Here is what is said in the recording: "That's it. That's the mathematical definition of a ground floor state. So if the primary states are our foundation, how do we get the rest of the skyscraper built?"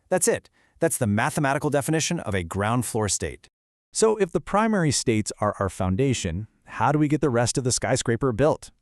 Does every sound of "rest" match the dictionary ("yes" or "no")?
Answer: yes